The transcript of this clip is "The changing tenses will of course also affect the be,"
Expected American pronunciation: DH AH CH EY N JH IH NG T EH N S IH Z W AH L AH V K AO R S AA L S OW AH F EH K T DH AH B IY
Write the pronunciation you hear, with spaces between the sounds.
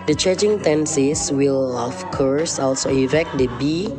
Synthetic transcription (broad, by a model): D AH CH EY JH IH NG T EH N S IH S W AH L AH F K AO R S AA L S OW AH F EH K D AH B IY